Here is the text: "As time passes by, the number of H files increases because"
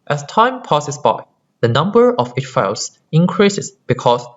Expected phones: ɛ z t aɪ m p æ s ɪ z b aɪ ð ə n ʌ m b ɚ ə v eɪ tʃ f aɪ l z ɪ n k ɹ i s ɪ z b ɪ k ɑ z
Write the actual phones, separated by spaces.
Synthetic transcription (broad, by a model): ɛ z t aɪ m p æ s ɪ s b aɪ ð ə n ʌ m b ɚ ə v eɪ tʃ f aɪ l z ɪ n k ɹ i s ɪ s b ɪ k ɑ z